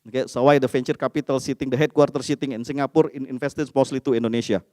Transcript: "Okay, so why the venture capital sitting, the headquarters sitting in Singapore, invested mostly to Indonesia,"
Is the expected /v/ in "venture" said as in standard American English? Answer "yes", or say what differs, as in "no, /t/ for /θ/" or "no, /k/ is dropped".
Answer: no, /f/ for /v/